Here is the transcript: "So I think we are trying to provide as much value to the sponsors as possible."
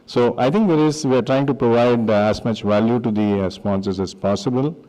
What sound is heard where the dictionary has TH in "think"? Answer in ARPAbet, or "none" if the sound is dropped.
T